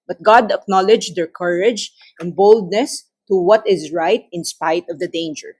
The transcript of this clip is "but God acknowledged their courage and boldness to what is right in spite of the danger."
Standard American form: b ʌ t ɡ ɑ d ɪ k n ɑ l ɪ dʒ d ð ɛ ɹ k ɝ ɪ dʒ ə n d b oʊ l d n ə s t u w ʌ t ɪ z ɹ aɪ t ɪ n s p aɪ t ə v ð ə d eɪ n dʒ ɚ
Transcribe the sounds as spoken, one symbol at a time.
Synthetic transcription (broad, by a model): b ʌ t ɡ ɑ d ɪ k n ɑ l ɪ dʒ d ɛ ɹ k ɝ ɪ dʒ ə n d b oʊ l d n ə s t u w ʌ t ɪ z ɹ aɪ t ɪ n s p aɪ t ə v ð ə d eɪ n dʒ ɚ